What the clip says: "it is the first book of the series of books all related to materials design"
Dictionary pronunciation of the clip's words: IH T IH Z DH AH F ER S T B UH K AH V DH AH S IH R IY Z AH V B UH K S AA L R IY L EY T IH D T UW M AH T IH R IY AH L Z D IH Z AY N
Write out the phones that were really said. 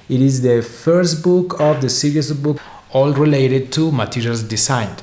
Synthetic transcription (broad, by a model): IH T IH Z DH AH F ER S T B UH K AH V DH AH S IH R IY AH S B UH K AA L R IY L EY T IH D T UW M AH T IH R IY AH L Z D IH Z AY N